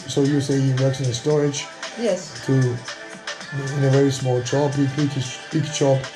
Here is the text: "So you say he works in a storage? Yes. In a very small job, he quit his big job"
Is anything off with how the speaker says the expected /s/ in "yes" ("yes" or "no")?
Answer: yes